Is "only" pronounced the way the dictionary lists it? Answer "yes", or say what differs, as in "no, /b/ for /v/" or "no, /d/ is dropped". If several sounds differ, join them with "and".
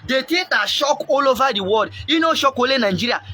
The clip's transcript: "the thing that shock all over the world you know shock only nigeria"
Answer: no, /n/ is dropped